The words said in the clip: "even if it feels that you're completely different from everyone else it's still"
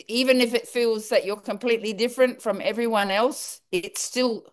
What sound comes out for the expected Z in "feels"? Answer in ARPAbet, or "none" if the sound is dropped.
Z